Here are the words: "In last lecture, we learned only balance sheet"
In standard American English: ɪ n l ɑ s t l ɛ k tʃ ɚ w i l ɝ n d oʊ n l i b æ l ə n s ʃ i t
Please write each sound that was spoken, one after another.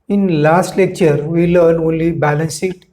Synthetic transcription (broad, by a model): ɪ n l ɑ s t l ɛ k tʃ ɚ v i l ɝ n oʊ n l i b æ l ə n s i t